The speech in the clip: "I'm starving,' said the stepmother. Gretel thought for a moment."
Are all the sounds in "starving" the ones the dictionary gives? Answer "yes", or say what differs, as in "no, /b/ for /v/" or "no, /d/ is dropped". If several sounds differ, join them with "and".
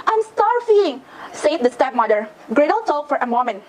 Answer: no, /f/ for /v/